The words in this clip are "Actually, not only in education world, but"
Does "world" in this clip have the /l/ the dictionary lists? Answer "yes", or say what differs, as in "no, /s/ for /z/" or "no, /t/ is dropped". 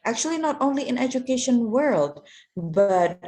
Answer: yes